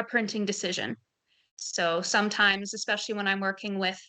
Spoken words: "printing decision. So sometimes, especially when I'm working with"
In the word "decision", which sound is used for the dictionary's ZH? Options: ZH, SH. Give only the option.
ZH